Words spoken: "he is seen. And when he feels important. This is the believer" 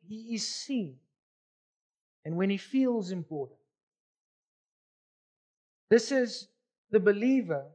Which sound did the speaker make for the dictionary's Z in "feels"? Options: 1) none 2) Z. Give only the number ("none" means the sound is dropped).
2